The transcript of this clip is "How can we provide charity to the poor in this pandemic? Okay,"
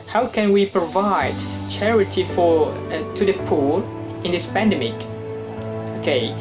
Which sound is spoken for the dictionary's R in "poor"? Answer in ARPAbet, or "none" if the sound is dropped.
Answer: L